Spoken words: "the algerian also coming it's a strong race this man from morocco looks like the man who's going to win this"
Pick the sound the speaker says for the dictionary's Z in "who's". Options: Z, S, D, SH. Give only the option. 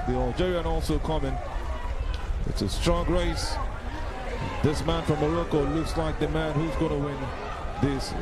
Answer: Z